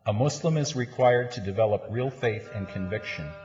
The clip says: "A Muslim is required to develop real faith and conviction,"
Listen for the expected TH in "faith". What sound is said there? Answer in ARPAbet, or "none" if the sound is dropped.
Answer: TH